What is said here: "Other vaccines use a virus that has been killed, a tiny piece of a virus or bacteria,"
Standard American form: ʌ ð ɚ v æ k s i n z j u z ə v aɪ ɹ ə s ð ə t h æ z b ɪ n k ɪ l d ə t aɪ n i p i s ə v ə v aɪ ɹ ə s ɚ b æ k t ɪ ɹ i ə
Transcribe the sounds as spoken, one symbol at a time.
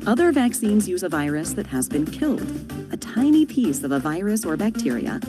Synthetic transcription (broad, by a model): ʌ ð ɚ v æ k s i n z j u z ə v aɪ ɹ ə s ð ə t h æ z b ɪ n k ɪ l d ə t aɪ n i p i s ə v ə v aɪ ɹ ə s ɚ b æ k t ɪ ɹ i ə